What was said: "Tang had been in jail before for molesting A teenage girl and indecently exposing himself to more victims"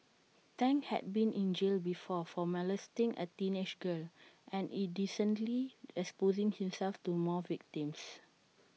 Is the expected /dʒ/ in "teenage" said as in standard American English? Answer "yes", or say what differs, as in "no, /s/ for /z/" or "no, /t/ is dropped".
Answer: no, /ʃ/ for /dʒ/